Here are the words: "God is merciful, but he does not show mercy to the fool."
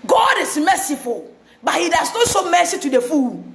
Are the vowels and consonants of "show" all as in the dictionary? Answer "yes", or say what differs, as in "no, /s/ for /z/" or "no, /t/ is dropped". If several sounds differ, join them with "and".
no, /s/ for /ʃ/